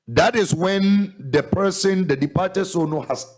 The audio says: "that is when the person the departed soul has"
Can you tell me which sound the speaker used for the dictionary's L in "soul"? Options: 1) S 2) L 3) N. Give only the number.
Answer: 3